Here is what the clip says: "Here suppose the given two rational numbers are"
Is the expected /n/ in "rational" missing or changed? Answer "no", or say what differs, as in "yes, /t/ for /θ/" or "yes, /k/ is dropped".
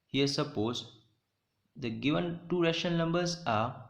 yes, /n/ is dropped